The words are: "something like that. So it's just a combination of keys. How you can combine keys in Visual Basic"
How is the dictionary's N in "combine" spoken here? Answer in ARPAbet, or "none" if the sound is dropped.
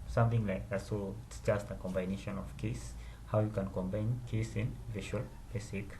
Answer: N